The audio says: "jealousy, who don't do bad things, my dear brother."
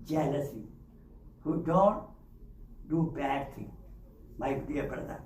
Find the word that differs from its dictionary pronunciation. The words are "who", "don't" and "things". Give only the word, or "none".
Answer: things